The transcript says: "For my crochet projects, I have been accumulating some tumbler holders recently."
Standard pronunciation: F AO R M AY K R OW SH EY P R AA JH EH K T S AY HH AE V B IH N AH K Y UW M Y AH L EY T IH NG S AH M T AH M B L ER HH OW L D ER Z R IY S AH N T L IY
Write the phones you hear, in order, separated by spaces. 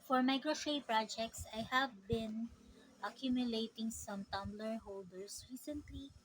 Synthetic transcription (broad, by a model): F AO R M AY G R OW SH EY P R AA JH EH K T S AY HH AE V B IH N AH K Y UW M Y AH L EY T IH NG S AH M T AH M B L ER HH OW L D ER S R IY S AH N T L IY